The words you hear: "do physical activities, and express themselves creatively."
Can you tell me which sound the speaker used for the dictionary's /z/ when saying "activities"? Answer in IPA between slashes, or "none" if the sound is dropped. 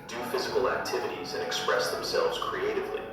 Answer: /z/